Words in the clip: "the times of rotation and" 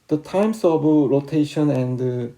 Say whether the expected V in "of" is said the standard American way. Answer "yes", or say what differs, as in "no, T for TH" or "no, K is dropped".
no, B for V